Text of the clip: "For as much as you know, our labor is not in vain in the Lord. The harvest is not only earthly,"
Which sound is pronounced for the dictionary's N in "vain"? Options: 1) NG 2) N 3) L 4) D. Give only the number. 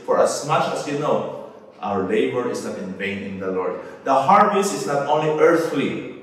2